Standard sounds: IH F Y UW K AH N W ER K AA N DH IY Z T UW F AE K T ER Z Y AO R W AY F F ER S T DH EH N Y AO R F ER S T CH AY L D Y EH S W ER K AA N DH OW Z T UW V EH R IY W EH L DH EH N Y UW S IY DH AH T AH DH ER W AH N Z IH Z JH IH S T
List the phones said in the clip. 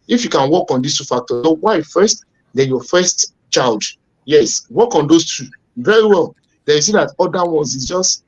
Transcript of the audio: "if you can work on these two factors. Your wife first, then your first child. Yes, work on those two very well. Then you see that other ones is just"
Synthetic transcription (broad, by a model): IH F Y UW K AH N W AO K AA N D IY S T UW F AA K T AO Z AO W AY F F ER S T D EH Y AO F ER S T CH AY L D Y EH S W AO K AA N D OW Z T UW V EH R IY W EH L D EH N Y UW S IY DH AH T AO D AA W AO N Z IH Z JH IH S T